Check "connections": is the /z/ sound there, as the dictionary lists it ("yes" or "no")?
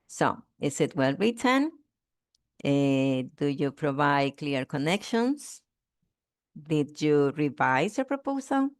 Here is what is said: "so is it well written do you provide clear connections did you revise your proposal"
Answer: no